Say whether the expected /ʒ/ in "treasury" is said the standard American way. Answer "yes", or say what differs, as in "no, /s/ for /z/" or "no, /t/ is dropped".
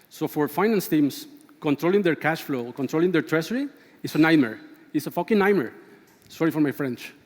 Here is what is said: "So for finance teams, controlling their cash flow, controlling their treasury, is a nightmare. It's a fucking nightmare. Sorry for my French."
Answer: no, /s/ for /ʒ/